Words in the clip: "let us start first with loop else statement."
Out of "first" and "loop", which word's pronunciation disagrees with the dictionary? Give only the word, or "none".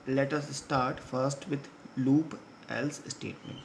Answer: none